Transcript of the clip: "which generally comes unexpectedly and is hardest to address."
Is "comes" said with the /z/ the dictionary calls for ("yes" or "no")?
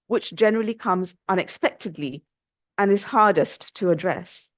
yes